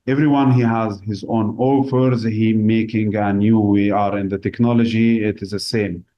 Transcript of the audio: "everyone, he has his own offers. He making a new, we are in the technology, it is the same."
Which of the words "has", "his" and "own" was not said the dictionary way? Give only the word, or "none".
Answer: none